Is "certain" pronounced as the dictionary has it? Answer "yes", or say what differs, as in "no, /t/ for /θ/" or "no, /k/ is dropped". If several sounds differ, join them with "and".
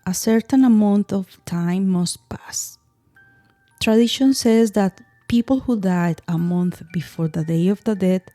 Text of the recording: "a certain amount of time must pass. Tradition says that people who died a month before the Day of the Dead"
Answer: yes